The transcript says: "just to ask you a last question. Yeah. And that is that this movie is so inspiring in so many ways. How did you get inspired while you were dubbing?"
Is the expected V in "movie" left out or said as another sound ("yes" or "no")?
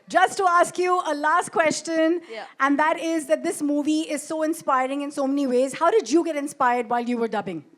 no